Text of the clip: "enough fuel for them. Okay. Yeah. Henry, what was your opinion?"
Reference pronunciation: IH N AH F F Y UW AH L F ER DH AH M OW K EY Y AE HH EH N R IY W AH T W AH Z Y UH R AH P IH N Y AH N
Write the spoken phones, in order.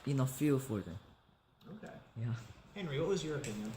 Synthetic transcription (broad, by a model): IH N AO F F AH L F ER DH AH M OW K EY Y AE HH EH N R IY W AH T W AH Z Y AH R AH P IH N Y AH N